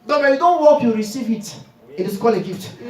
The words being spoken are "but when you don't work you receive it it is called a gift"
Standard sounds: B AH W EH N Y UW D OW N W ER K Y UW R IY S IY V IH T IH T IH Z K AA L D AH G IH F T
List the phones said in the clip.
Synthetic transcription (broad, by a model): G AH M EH Y UW D OW N W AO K Y UW R IY S IY V IH T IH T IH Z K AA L AH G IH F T